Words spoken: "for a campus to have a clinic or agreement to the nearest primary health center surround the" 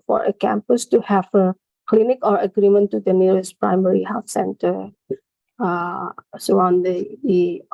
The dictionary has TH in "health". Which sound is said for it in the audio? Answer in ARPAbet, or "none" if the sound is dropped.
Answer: F